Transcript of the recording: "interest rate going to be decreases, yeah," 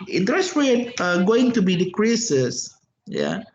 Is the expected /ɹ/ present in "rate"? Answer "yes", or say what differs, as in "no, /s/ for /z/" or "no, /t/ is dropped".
no, /w/ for /ɹ/